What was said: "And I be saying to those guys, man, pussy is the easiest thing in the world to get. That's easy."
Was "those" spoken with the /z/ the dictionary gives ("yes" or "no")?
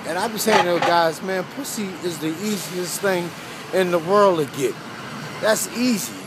no